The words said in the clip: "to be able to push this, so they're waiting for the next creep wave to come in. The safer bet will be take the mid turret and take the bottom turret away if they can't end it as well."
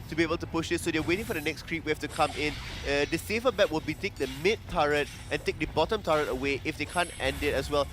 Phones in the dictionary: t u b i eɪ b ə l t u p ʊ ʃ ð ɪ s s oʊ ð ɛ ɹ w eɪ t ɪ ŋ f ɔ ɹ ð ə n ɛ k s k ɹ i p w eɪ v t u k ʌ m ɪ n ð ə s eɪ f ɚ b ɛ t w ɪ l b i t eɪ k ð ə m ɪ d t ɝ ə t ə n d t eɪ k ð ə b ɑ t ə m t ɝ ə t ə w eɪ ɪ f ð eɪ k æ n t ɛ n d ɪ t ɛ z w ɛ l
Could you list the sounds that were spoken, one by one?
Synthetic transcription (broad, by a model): t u b i eɪ b ə l t u p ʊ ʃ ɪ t s oʊ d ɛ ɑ w eɪ t ɪ ŋ f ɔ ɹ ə n ɛ k s k ɹ i p w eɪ f t u k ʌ m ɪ n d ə s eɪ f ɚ b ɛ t w ɪ l b i t eɪ k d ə m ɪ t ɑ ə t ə n t eɪ k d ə b ɑ t ə m t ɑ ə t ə w eɪ ɪ f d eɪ k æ n t ɛ n d ɪ t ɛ s w ɛ l